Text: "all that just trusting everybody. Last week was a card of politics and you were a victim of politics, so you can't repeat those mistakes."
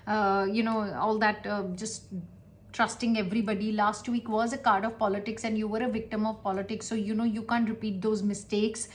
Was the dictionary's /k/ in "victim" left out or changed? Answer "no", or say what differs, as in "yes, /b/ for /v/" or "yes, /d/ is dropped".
no